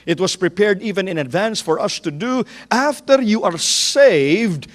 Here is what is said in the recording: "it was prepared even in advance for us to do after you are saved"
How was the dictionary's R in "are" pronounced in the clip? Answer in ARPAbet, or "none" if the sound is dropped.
R